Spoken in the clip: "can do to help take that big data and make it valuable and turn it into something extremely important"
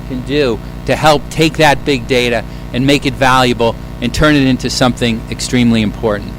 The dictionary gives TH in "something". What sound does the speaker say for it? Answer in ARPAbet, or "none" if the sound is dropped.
TH